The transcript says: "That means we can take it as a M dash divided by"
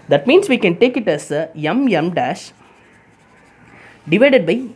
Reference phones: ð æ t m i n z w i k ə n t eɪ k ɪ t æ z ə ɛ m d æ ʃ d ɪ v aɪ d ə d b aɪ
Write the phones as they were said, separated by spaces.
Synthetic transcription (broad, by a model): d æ t m i n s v i k ə n t eɪ k ɪ t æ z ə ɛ m d æ ʃ d ɪ v aɪ d ə d b aɪ